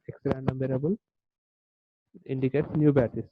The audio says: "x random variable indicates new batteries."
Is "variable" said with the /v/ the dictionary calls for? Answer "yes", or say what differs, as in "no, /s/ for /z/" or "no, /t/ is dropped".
no, /b/ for /v/